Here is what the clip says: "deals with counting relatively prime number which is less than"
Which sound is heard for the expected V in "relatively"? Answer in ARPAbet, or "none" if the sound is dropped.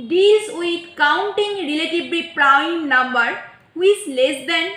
B